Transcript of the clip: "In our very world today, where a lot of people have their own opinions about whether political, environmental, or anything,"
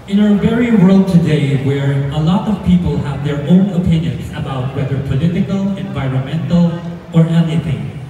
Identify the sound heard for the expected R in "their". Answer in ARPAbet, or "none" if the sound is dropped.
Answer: R